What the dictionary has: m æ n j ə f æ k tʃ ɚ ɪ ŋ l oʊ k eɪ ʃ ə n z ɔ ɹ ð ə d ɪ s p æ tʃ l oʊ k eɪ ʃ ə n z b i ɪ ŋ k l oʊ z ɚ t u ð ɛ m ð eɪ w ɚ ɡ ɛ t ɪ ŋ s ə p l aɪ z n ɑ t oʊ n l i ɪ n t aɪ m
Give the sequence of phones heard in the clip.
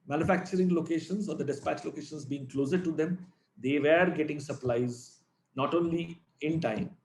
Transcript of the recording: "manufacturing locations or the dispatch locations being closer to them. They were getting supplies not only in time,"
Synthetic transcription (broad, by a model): m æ n j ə f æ k tʃ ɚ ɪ ŋ l oʊ k eɪ ʃ ə n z ɔ ɹ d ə d ɪ s p æ tʃ l oʊ k eɪ ʃ ə n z b i ɪ ŋ k l oʊ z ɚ t u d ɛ m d eɪ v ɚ ɡ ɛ t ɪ ŋ s ə p l aɪ z n ɑ t oʊ n l i ɪ n t aɪ m